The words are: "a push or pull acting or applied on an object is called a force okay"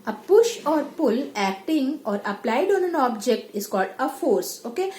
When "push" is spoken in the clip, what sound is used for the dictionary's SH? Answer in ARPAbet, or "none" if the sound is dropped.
SH